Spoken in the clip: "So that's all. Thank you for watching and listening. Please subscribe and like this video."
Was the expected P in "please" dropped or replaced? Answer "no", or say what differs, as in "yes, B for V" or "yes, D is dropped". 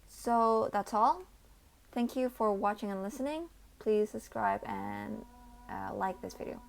no